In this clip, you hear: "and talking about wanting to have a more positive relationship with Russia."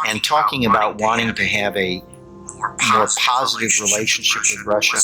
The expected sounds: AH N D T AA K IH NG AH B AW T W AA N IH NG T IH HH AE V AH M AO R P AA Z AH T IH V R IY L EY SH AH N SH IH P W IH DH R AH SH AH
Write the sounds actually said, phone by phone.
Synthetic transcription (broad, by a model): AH N T AA K IH NG AH B AW T W AA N IH NG T IH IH V AH M AO R P AA Z AH T IH V R IY L EY SH AH N SH IH P W IH DH R AH SH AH